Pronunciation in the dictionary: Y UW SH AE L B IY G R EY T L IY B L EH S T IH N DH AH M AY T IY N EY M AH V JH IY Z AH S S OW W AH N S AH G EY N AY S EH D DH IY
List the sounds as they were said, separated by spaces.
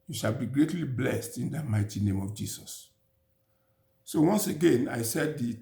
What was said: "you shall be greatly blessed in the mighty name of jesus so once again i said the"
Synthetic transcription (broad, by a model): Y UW SH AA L B IY G R EY T L IY B L EH S T IH N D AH M AY T IY N EY M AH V JH IY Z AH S S OW W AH N S AH G EY N AY S EH D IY